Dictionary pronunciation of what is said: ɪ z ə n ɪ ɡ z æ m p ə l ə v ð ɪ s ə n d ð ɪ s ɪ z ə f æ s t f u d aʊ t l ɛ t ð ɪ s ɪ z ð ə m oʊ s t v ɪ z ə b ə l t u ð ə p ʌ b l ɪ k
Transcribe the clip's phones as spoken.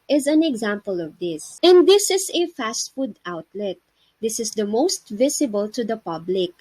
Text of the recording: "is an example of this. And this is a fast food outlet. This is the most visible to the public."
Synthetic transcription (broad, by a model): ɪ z ə n ɪ ɡ z æ m p ə l ə v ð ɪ s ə n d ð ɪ s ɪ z ə f æ s t f u d aʊ t l ɛ t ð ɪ s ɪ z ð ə m oʊ s t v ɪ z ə b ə l t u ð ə p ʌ b l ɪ k